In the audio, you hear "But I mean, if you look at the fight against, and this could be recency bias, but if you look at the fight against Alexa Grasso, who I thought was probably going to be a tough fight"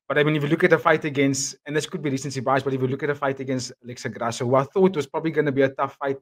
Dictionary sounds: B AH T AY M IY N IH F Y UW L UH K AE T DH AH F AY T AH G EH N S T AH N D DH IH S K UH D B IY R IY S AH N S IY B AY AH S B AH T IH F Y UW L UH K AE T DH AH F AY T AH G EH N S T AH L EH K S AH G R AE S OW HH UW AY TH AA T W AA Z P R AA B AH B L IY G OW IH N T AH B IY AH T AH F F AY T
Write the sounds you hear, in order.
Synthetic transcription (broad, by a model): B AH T AY M IY N IH F Y UW L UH K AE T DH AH F AY T AH G EH N S T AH N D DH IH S K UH D B IY R IY S AH N S IY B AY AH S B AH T IH F Y UW L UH K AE T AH F AY T AH G EH N S T AH L EH K S AH G R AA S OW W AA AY TH AA T W AA Z P R AA B AH B L IY G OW N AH B IY AH T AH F F AY T